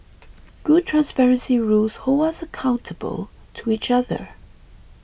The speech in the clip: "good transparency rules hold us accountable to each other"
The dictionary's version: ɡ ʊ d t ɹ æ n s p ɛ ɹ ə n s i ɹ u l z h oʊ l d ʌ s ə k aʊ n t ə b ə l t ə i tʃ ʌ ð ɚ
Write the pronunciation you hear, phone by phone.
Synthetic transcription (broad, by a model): ɡ ʊ d t ɹ æ n s p ɛ ɹ ə n s i ɹ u l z h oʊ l ʌ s ə k aʊ n t ə b ə l t ə i tʃ ʌ ð ɚ